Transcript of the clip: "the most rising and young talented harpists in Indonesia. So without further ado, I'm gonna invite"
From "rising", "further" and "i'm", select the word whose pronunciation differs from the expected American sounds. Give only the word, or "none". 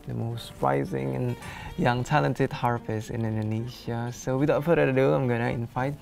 further